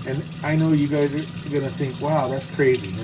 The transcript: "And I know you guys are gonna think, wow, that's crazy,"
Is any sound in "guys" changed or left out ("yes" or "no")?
no